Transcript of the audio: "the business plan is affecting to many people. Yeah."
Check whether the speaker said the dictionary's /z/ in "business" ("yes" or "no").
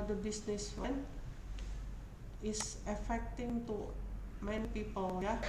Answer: no